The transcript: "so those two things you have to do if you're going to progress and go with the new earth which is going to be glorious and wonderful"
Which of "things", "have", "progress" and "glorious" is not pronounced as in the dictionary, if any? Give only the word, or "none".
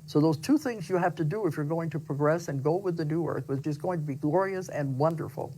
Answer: have